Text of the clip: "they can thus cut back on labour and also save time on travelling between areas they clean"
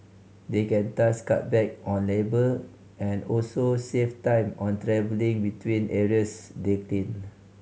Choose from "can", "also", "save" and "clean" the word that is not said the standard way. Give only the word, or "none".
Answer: save